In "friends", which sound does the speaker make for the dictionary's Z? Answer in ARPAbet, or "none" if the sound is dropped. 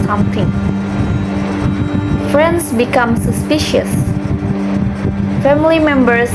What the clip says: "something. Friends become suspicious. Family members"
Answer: S